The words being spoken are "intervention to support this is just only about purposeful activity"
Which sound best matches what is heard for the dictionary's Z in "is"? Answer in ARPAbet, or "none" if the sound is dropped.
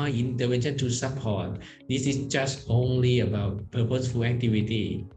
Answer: S